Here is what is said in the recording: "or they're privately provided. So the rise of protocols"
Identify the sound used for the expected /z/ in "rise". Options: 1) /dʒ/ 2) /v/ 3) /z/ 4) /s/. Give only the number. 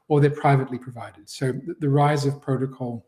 3